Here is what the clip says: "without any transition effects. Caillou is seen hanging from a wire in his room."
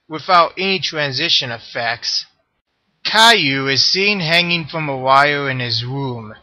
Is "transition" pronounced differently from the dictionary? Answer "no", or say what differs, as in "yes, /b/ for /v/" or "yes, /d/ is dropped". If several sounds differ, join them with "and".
no